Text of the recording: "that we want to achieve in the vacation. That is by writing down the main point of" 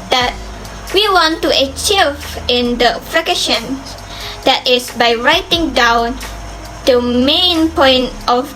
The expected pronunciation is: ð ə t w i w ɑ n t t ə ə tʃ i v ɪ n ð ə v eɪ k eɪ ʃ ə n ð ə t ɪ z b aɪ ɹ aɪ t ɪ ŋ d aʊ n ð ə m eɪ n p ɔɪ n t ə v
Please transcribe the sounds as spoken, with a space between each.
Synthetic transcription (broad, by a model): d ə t w i w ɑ n t t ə ə tʃ i v ɪ n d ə f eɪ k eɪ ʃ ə n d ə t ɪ s b aɪ ɹ aɪ t ɪ ŋ d aʊ n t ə m eɪ n p ɔɪ n t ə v